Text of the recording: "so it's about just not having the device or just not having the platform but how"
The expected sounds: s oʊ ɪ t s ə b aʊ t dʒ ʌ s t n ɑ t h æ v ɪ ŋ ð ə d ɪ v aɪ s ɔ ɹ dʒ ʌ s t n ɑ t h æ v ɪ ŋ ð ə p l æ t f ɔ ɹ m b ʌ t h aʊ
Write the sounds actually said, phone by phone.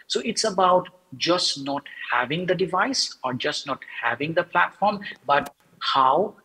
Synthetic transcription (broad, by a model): s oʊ ɪ t s ə b aʊ t dʒ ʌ s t n ɑ t h æ v ɪ ŋ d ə d ɪ v aɪ s ɔ ɹ dʒ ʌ s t n ɑ t h æ v ɪ ŋ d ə p l æ t f ɔ ɹ m b ʌ t h aʊ